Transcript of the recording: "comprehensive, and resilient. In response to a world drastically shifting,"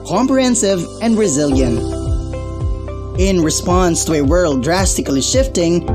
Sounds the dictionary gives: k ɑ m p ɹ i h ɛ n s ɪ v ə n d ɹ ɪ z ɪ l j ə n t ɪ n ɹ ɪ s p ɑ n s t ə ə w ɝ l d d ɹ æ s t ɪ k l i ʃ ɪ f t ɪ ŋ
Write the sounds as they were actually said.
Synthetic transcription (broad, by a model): k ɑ m p ɹ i h ɛ n s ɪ v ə n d ɹ ɪ z ɪ l j ə n t ɪ n ɹ ɪ s p ɑ n s t ə ə w ɝ l d d ɹ æ s t ɪ k l i ʃ ɪ f t ɪ ŋ